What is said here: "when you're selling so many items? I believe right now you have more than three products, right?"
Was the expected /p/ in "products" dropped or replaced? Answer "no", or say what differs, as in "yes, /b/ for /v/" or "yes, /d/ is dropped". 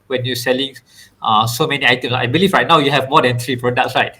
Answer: yes, /f/ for /p/